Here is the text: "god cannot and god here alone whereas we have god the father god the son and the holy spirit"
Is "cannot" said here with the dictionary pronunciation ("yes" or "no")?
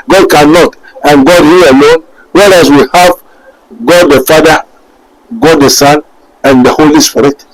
yes